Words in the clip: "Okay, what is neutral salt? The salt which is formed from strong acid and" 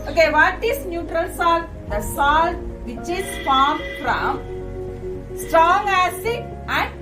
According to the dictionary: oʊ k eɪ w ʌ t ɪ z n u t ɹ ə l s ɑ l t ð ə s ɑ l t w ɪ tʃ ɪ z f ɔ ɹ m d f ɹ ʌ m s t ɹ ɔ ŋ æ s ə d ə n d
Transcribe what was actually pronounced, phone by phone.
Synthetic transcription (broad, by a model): oʊ k eɪ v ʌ t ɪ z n u t ɹ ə l s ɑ l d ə s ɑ l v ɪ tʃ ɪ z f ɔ ɹ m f ɹ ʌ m s t ɹ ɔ ŋ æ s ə ə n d